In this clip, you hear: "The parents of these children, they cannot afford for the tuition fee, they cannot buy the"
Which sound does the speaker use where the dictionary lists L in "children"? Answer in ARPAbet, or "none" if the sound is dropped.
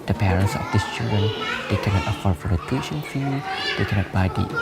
none